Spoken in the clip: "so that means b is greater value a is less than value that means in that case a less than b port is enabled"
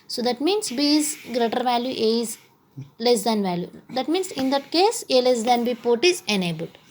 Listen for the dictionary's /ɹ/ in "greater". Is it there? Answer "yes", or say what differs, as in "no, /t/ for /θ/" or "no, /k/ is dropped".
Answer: yes